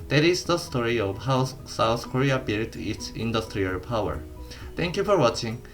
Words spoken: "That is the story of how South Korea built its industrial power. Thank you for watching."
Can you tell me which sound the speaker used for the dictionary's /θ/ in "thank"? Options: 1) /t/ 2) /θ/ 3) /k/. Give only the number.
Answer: 1